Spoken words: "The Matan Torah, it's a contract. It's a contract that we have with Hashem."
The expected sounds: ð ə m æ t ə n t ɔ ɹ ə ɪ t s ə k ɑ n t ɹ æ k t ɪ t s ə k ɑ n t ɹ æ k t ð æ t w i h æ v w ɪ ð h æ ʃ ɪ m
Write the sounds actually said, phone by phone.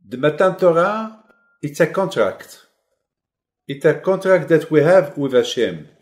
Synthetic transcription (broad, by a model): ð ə m æ t ə n t ɔ ɹ ə ɪ t s ə k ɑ n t ɹ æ k t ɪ t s ə k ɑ n t ɹ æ k t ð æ t w i h æ v w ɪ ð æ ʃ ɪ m